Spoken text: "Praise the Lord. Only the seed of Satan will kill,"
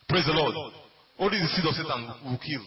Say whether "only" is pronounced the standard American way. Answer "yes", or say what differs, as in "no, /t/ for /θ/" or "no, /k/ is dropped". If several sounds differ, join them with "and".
no, /n/ is dropped